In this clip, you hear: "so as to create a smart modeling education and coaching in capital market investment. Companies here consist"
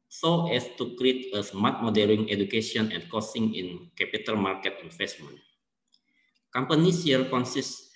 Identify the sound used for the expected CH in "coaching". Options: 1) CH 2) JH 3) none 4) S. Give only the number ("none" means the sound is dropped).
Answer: 4